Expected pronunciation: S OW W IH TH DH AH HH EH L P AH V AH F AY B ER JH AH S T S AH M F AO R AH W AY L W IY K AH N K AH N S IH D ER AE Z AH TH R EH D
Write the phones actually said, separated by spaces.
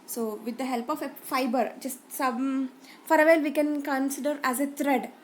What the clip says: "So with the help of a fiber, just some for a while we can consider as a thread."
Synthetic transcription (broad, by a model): S OW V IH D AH HH EH L P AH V AH F AY B ER JH AH S T S AH M F AO R AH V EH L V IY K AH N K AH N S IH D ER AE Z AH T R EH D